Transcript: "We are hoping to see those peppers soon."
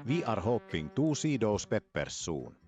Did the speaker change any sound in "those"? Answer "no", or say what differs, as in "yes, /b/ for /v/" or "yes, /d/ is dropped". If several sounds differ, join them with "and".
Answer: yes, /s/ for /z/